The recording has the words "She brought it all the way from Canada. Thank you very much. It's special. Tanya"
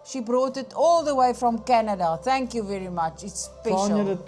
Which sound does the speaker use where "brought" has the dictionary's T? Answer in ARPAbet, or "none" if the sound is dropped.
T